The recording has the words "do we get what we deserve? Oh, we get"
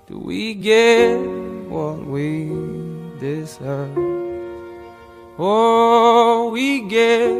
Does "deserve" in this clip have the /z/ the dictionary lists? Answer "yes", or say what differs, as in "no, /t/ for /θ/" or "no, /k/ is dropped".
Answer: no, /s/ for /z/